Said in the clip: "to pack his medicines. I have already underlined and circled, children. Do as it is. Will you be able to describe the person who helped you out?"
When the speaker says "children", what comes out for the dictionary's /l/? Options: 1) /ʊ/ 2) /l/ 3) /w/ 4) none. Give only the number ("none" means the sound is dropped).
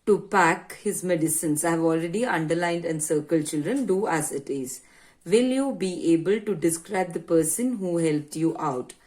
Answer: 2